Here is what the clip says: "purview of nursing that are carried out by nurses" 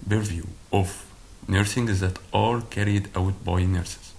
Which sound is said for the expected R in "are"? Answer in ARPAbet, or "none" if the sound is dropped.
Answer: L